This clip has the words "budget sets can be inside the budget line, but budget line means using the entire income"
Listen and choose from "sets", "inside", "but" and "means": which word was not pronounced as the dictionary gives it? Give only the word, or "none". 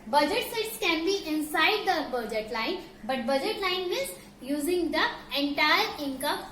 means